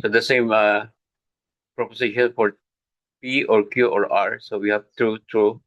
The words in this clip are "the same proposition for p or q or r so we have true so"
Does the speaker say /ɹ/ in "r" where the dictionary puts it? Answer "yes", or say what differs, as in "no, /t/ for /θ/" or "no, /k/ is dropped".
yes